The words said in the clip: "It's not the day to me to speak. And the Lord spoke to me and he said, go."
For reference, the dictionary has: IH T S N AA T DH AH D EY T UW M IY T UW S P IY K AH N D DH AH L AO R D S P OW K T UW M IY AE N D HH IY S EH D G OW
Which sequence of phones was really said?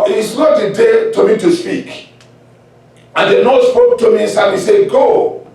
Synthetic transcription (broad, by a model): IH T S N AA T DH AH D EY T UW M IY T UW S P IY K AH N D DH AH N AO S P OW K T UW M IY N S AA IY S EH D G OW